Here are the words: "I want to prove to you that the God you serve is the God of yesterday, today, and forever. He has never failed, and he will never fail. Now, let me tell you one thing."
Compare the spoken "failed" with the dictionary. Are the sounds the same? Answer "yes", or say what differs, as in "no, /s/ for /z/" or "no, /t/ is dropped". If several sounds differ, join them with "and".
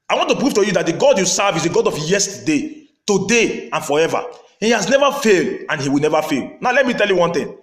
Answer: yes